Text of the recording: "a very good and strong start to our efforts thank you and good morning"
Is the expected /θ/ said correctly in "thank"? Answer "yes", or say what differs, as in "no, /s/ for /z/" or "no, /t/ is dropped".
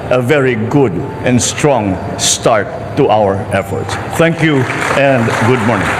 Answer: no, /t/ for /θ/